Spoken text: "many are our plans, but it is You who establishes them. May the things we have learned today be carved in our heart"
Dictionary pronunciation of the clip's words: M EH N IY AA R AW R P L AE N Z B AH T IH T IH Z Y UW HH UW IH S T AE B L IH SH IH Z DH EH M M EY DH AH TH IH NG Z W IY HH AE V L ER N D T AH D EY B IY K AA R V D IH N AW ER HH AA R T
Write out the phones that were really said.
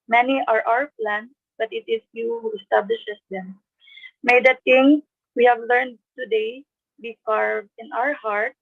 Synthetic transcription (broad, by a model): M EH N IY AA R AW R P L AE N S B AH T IH T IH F Y UW HH UW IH S T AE B L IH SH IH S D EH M M EY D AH T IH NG W IY HH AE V L ER N D T AH D EY B IY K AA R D IH N AW ER HH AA R T